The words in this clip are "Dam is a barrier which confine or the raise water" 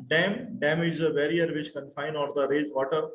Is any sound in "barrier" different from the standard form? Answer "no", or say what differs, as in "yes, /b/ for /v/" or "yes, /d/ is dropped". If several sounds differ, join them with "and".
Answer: no